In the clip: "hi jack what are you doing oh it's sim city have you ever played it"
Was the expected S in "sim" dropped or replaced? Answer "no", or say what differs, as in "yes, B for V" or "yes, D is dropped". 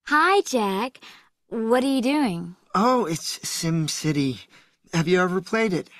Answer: no